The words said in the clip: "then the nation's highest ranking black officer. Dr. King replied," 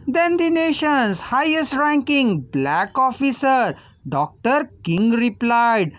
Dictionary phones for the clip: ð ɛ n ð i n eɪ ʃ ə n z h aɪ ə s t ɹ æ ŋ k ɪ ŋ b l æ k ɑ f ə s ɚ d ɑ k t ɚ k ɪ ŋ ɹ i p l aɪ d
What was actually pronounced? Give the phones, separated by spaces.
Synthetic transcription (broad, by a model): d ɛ n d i n eɪ ʃ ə n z h aɪ ə s t ɹ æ ŋ k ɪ ŋ b l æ k ɑ f ə s ɚ d ɑ k t ɚ k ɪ ŋ ɹ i p l aɪ d